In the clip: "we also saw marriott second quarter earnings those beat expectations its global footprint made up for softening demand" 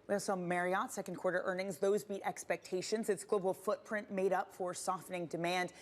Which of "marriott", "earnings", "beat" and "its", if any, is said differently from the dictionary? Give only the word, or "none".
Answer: none